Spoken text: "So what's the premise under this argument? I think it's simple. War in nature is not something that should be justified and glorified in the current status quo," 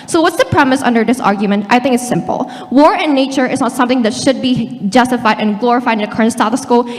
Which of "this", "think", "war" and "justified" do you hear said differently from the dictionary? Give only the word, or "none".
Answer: none